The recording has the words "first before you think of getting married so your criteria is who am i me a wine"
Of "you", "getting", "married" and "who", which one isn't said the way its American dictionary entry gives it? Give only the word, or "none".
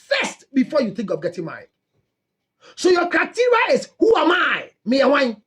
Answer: married